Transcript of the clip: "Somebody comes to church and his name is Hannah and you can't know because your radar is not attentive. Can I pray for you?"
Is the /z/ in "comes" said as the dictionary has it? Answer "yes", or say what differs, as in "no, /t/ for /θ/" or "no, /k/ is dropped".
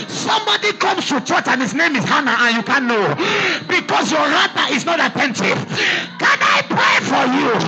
no, /s/ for /z/